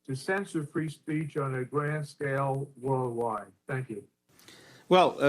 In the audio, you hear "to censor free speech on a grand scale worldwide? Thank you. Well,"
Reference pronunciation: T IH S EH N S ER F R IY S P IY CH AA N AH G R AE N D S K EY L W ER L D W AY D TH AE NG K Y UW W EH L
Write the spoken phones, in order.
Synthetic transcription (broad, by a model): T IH S EH N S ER F R IY S P IY CH N AH G R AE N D S K EY L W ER L D W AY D TH AE NG K Y UW W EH L